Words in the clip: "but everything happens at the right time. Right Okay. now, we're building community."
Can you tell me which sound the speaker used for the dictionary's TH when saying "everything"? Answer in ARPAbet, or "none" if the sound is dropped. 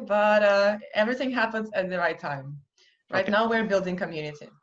TH